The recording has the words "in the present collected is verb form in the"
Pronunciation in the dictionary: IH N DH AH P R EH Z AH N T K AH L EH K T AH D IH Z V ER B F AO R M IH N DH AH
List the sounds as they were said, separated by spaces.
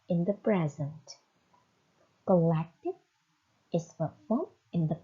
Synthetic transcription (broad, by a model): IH N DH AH P R EH Z AH N T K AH L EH K T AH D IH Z P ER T F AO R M IH N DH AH